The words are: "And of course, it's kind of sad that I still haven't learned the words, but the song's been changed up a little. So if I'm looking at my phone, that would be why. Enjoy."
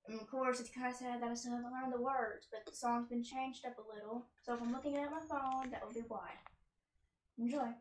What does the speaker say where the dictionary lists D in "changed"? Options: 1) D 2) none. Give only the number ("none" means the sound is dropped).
1